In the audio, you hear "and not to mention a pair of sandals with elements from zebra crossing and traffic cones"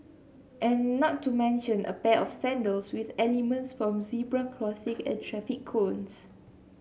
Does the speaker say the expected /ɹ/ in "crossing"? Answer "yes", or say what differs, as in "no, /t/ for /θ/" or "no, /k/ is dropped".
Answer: no, /l/ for /ɹ/